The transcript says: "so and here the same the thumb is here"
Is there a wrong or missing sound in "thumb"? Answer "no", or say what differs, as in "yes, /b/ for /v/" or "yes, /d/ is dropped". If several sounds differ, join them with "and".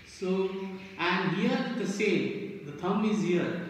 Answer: yes, /t/ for /θ/